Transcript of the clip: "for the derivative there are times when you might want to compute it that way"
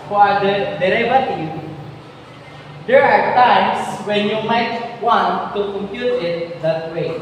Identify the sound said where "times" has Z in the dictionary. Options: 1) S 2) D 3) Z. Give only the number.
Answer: 1